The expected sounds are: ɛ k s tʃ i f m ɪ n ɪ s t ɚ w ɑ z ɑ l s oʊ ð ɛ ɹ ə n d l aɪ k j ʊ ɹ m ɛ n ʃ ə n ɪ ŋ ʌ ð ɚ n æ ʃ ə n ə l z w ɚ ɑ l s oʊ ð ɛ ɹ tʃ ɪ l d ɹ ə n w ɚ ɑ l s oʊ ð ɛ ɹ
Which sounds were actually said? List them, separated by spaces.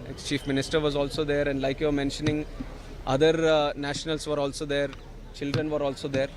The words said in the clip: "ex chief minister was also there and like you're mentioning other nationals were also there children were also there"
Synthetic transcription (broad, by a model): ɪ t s tʃ i f m ɪ n ɪ s t ɚ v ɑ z ɑ l s oʊ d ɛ ɹ ə n d l aɪ k j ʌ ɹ m ɛ n ʃ ə n ɪ ŋ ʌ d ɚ n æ ʃ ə n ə l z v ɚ ɑ l s oʊ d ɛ ɹ tʃ ɪ l d ɹ ə n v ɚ ɑ l s oʊ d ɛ ɹ